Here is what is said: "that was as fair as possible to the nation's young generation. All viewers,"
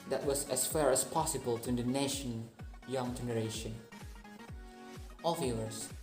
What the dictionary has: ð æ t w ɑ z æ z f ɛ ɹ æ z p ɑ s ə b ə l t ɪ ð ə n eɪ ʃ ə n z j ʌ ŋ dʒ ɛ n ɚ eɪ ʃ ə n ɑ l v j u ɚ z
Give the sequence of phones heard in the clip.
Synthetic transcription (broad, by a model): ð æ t w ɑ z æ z f ɛ ɹ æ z p ɑ s ə b ə l t ɪ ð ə n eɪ ʃ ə n j ʌ ŋ dʒ ɛ n ɚ eɪ ʃ ə n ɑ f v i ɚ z